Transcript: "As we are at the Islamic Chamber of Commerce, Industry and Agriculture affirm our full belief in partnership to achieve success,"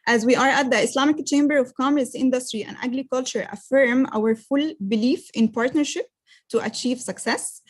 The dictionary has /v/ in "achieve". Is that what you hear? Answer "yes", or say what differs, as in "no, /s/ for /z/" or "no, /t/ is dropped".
yes